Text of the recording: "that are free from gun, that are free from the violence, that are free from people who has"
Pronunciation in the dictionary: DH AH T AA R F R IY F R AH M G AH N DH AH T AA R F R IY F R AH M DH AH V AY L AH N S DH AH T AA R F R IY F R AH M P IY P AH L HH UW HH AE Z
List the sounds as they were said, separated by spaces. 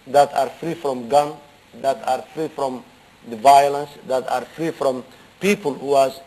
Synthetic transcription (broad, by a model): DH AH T AA R F R IY F R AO M G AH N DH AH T AA R F R IY F R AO M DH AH V AY L AH N S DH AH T AA R F R IY F R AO M P IY P AH L HH UW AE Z